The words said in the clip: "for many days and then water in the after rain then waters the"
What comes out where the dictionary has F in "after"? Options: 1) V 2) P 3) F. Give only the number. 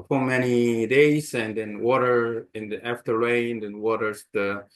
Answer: 3